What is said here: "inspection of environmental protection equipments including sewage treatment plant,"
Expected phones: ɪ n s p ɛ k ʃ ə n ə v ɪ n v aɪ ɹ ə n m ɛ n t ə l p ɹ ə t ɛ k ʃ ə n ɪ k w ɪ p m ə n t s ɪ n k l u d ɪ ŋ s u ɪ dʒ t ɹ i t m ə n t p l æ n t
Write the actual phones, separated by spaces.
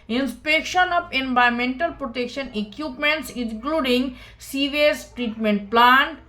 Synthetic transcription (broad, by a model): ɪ n s p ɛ k ʃ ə n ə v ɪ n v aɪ ə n m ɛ n t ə l p ɹ ə t ɛ k ʃ ə n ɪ k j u p m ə n t s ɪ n k l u d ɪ ŋ s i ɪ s t ɹ i t m ə n t p l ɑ n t